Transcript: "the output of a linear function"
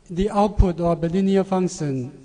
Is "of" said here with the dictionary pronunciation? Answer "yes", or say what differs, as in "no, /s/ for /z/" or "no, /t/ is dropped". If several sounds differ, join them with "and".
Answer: no, /b/ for /v/